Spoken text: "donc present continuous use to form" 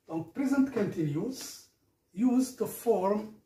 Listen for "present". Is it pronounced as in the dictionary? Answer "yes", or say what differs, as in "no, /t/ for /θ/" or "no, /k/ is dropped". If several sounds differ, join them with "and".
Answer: yes